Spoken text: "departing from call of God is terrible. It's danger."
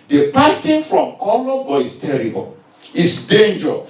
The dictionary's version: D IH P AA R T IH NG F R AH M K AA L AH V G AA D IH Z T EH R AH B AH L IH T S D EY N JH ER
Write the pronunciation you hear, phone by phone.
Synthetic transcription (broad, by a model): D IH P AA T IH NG F R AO M K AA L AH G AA IH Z T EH R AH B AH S D EY N JH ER